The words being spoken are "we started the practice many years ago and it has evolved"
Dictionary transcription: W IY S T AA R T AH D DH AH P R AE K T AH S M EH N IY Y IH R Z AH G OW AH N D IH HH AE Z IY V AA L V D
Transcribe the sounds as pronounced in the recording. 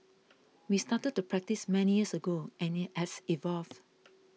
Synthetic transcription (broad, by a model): W IY S T AA T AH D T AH P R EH K T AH S M EH N IY Y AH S AH G OW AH N IH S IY V AA L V